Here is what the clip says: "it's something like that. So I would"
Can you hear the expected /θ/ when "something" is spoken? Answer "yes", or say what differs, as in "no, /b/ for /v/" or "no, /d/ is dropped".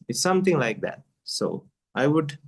no, /t/ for /θ/